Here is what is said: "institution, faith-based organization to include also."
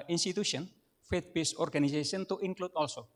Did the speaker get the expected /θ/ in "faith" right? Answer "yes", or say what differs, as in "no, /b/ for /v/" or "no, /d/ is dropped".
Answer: no, /t/ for /θ/